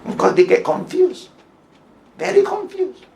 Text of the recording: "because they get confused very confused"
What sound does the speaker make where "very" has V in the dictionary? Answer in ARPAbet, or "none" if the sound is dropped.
V